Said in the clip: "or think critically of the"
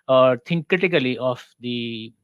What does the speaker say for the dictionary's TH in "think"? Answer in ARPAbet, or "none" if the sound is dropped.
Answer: T